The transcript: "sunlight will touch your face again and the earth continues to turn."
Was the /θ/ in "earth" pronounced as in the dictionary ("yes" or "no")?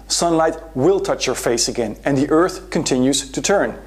yes